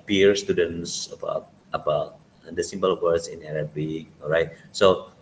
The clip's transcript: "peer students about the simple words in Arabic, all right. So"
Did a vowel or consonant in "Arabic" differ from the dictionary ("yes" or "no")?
yes